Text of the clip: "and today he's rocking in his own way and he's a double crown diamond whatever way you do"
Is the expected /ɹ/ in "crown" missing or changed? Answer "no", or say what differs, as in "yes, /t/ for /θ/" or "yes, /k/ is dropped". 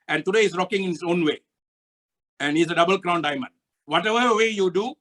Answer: no